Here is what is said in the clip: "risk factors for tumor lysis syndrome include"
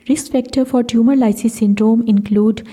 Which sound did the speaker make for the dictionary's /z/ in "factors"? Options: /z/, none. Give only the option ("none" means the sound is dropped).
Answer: none